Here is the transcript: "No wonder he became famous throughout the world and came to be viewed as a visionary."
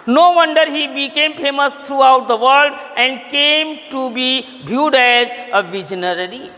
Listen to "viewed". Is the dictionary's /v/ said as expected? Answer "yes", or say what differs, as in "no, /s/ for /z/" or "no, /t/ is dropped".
no, /b/ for /v/